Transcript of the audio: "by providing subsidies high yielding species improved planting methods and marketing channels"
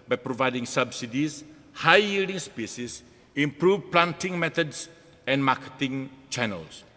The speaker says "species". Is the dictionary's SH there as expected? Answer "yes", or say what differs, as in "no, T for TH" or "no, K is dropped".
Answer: no, S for SH